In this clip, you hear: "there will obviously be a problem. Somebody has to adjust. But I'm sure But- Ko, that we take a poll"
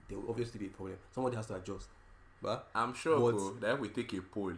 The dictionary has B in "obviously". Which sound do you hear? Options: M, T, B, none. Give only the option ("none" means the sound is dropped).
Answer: none